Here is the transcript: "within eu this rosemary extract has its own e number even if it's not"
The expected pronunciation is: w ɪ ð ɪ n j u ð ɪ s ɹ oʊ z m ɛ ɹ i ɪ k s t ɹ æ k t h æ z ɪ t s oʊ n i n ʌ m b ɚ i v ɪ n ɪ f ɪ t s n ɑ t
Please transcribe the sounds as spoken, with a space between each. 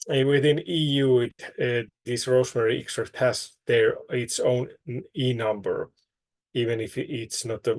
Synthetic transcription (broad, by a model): w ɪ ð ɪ n j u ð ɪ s ɹ oʊ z m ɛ ɹ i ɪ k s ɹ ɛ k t h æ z ɪ t s oʊ n i n ʌ m b ɚ i v ɪ n ɪ f ɪ t s n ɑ t